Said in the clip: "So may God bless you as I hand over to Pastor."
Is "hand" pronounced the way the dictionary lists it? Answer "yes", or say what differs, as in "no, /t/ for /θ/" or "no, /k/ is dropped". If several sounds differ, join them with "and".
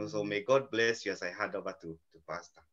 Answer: no, /n/ is dropped